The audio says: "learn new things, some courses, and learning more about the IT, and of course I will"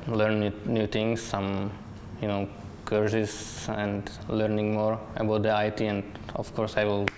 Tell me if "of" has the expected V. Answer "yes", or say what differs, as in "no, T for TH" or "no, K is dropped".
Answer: no, F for V